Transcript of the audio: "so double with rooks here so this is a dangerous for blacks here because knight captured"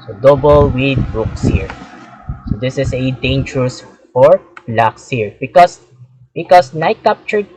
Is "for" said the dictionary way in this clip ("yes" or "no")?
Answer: yes